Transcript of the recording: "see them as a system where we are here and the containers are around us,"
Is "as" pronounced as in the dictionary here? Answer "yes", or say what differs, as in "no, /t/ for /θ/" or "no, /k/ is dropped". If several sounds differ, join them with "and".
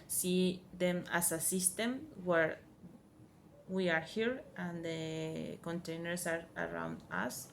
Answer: no, /s/ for /z/